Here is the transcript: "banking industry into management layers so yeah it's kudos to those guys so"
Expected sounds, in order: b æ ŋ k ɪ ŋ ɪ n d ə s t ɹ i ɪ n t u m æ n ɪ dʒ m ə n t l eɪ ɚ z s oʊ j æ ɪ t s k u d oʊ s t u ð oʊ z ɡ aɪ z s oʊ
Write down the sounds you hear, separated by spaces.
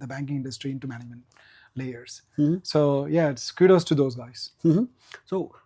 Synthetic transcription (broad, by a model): b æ ŋ k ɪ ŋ ɪ n d ə s t ɹ i ɪ n t u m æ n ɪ m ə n l eɪ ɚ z s oʊ j æ ɪ t s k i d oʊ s t u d oʊ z ɡ aɪ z s oʊ